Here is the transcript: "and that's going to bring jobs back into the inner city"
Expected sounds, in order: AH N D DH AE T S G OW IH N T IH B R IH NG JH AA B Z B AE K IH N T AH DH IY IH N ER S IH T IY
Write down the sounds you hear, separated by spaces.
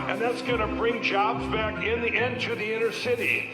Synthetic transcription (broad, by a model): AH N DH AE T S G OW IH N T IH B R IH NG JH AA B Z B AE K IH N T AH DH IY IH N ER S IH T IY